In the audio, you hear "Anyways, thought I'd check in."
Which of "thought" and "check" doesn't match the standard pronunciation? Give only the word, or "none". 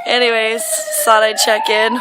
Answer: thought